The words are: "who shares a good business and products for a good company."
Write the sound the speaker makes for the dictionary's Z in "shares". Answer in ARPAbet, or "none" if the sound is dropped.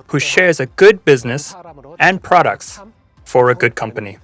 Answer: Z